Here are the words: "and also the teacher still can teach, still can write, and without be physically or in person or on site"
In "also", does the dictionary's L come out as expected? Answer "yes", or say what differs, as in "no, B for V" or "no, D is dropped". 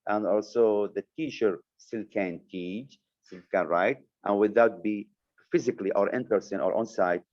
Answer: yes